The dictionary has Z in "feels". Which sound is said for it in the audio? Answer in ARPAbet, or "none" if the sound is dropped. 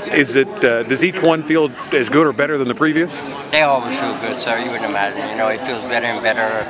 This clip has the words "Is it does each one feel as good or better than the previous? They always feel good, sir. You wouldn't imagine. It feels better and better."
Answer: Z